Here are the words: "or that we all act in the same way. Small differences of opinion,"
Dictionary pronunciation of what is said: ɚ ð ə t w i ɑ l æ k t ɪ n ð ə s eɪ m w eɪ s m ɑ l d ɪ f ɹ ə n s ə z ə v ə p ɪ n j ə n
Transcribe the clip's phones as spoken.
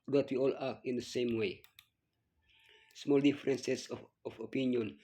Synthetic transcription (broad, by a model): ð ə t w i ɑ l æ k ɪ n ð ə s eɪ m w eɪ s m ɑ l d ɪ f ɹ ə n s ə s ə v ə p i n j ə n